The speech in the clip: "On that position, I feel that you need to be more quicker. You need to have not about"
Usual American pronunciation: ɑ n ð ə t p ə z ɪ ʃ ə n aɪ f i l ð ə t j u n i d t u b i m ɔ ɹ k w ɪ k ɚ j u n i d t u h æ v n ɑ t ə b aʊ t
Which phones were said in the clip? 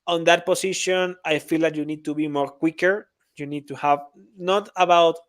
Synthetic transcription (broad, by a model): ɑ n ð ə t p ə s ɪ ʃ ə n aɪ f i l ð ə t j u n i d t u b i m ɔ ɹ k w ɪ k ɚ j u n i d t u h æ v n ɑ t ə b aʊ t